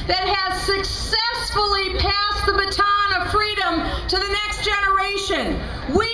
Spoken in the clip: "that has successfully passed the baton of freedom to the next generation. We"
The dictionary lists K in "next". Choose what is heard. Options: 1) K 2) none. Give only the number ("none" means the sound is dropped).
1